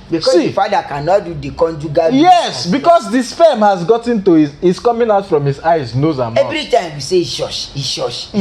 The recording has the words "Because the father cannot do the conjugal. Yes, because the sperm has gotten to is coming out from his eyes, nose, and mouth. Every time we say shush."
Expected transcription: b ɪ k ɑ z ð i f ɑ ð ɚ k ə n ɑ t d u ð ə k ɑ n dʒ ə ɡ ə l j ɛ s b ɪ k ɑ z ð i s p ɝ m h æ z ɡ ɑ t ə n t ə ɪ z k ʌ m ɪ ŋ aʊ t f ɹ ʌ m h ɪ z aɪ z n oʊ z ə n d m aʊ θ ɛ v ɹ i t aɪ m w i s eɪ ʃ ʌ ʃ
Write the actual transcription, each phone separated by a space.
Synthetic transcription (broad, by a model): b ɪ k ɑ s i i f ɑ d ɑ k ə n ɑ t d u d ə k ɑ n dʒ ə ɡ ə j ɛ s b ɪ k ɑ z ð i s f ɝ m h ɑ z ɡ ɑ t ə n t ə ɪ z k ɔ m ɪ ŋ aʊ t f ɹ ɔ m h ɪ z aɪ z n oʊ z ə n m ɛ v ɹ i t aɪ m w i s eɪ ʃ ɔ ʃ